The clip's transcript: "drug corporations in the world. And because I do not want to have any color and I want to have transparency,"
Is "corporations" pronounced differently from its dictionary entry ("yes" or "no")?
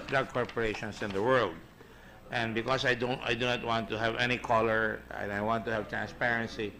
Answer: yes